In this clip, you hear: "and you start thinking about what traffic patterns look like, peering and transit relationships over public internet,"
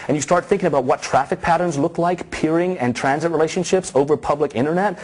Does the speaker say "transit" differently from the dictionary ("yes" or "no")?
no